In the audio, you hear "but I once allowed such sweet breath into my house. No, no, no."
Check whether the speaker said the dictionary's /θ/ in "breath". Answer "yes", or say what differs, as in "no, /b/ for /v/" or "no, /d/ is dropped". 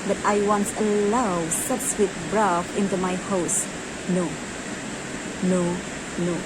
no, /f/ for /θ/